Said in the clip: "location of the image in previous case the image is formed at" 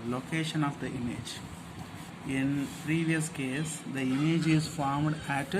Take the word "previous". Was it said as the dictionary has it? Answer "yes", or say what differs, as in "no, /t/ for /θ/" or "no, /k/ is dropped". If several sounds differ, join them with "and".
yes